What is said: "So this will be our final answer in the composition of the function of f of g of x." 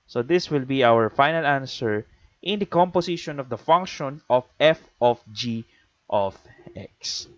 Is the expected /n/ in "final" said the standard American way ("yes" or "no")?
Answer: yes